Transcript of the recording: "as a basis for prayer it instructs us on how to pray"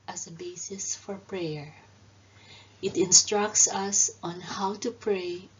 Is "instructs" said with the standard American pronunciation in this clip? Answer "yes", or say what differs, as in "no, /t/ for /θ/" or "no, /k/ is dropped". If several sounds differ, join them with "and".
yes